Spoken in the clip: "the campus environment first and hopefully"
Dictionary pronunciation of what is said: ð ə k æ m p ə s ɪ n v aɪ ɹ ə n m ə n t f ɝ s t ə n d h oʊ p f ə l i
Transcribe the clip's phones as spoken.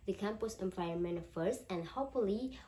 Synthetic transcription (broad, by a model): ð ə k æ m p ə s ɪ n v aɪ ə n m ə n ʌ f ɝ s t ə n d h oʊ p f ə l i